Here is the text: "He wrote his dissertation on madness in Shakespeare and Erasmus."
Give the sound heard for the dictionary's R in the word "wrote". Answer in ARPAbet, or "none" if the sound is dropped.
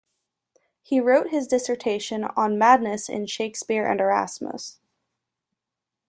R